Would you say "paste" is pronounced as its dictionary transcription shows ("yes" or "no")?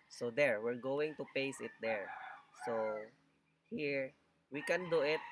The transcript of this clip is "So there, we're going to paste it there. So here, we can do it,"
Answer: no